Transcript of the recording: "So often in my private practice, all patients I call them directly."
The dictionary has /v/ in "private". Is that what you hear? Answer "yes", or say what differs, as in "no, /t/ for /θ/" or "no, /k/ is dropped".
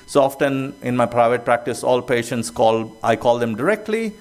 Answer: yes